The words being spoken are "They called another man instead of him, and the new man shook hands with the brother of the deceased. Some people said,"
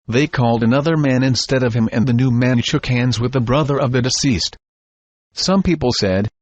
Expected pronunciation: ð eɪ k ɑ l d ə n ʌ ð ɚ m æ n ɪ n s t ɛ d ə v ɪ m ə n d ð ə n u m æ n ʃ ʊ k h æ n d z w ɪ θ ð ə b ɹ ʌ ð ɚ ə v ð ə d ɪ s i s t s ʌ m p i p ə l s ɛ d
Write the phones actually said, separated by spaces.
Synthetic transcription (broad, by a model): ð eɪ k ɑ l d ə n ʌ ð ɚ m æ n ɪ n s t ɛ d ə v ɪ m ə n ð ə n u m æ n ʃ ʊ k h æ n d z w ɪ ð ə b ɹ ʌ ð ɚ ə v ð ə d ɪ s i s t s ʌ m p i p l s ɛ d